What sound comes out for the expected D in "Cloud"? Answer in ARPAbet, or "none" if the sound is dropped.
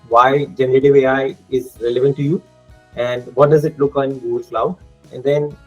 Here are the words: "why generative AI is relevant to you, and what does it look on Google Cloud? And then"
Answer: none